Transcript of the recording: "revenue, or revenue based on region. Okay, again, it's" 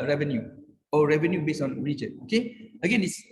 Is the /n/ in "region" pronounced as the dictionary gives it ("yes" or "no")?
no